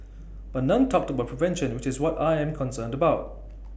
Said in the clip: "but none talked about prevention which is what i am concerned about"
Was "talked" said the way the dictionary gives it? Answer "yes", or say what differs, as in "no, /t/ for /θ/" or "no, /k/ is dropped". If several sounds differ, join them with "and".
yes